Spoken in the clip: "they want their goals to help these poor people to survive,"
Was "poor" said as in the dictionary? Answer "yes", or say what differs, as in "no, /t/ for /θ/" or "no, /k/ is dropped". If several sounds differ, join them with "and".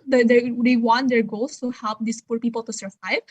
yes